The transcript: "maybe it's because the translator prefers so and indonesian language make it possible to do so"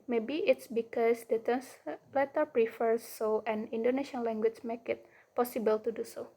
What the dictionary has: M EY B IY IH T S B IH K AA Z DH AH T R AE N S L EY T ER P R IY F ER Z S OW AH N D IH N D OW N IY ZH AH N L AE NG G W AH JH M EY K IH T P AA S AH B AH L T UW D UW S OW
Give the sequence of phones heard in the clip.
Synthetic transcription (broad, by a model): M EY B IY IH T S B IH K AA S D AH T AE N S L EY T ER P R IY F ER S OW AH N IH N D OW N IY SH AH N L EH NG G W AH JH M EY K IH T P AA S AH B AH L T UW D UW S OW